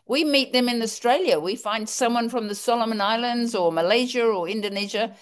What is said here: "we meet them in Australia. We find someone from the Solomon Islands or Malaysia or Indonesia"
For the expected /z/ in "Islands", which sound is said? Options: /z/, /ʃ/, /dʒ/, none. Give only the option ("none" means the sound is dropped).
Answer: /z/